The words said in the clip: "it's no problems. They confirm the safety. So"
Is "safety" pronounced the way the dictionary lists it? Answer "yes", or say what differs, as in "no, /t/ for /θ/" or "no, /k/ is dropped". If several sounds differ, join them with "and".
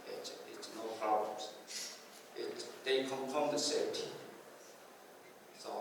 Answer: no, /f/ is dropped